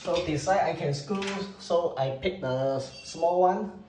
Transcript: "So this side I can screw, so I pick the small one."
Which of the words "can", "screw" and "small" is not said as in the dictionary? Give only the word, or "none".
screw